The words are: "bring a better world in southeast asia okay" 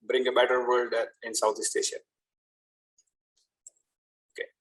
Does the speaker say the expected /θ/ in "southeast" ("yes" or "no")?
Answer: no